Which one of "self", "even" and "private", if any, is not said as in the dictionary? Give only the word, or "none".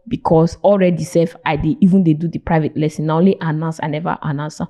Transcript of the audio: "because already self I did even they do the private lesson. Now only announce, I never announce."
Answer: self